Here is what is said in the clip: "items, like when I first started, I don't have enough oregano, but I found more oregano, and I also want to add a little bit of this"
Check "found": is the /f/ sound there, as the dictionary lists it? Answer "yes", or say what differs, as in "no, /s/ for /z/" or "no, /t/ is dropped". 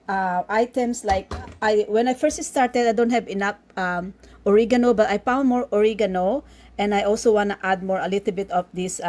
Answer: no, /p/ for /f/